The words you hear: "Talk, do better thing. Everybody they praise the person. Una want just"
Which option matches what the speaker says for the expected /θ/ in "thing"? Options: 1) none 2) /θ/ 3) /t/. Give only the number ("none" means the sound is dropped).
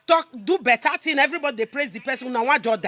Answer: 3